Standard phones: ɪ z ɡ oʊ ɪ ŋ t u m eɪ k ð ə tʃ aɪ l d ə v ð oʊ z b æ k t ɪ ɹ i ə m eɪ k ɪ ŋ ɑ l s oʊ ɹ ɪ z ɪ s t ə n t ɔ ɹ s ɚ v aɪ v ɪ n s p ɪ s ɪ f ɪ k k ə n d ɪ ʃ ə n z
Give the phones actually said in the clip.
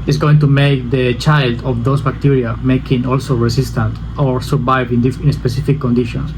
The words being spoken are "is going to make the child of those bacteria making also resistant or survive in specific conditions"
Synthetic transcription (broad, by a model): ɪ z ɡ oʊ ɪ ŋ t u m eɪ k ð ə tʃ aɪ l d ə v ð oʊ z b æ k t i ɹ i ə m eɪ k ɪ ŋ ɑ l s oʊ ɹ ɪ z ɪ s t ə n t ɔ ɹ s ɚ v aɪ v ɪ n s p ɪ s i f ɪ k k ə n d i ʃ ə n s